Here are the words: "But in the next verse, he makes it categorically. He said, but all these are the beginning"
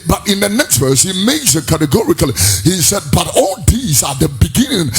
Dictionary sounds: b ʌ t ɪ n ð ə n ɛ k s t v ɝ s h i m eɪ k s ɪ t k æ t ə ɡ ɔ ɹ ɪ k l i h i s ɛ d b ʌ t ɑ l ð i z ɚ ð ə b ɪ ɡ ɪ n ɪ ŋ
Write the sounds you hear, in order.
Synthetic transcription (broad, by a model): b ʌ t ɪ n ð ə n ɛ k s t v ɝ s h i m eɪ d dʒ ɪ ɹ k æ t ə ɡ ɔ ɹ ɪ k l i h i s ɛ d b ʌ t ɑ l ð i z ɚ ð ə b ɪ ɡ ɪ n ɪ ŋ